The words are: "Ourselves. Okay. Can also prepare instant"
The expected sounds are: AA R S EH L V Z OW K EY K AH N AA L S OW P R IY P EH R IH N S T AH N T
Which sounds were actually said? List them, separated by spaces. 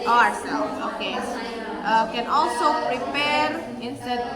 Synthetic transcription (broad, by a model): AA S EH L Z OW K EY K AH N AA L S OW P R IY P EH R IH N S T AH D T